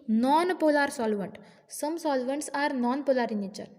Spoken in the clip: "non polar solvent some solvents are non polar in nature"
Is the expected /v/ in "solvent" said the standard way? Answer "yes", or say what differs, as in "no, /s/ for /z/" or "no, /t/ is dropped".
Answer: yes